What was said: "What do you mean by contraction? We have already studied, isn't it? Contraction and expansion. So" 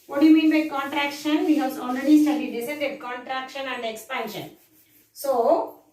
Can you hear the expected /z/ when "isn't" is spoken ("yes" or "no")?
no